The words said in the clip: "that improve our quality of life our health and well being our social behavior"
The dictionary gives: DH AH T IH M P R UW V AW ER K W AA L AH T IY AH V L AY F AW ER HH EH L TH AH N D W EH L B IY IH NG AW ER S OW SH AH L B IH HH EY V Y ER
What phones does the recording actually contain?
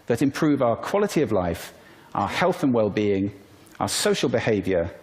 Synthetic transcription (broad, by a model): DH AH T IH M P R UW V AW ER K W AA L AH T IY AH V L AY F AW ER HH EH L TH AH N W EH L B IY IH NG AW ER S OW SH AH L B IH HH EY V Y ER